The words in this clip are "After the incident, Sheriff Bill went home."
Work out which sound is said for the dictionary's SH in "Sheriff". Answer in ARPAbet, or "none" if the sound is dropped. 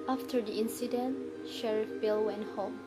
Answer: SH